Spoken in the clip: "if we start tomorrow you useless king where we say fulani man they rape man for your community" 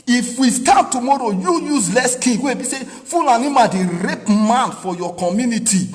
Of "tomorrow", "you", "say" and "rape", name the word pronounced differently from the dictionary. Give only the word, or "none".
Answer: none